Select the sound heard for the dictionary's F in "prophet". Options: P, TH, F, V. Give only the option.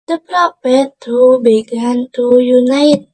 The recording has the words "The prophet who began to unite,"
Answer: P